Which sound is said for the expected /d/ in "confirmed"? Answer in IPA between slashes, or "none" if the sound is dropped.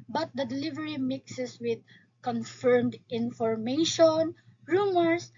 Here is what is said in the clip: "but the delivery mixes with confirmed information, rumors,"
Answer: /d/